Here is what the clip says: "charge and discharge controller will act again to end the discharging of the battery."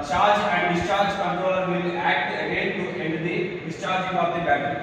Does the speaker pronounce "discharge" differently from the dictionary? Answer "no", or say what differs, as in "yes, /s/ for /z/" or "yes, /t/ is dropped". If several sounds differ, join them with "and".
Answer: no